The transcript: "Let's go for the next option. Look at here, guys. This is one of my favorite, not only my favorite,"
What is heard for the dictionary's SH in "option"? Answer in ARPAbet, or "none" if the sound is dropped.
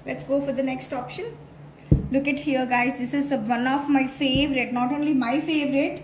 SH